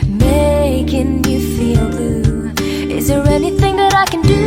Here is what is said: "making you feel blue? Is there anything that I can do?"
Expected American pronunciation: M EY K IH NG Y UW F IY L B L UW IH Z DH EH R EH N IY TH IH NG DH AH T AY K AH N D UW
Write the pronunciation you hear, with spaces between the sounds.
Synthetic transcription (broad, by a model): M EY K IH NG Y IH F IY L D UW IH Z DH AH R EH N IY TH IH NG DH AH T AY K AH N D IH